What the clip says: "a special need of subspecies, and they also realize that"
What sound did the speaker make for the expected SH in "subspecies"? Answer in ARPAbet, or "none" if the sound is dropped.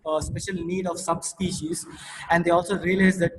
SH